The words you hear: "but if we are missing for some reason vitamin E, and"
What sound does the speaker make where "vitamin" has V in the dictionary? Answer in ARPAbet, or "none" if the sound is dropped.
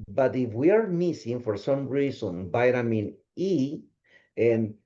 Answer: B